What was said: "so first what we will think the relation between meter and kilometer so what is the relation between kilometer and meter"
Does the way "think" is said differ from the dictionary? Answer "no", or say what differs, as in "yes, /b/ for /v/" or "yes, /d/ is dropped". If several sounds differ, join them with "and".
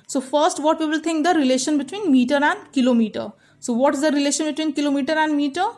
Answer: yes, /t/ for /θ/